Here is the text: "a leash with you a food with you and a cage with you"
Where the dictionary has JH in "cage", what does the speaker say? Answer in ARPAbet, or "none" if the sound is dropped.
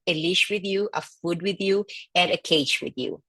CH